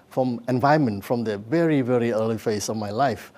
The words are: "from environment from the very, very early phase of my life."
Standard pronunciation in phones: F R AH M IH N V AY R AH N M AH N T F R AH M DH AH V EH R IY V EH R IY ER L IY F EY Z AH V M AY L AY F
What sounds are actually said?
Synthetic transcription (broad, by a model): F R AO M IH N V AY AH M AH N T F R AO M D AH V EH R IY V EH R IY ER L IY F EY S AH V M AY L AY F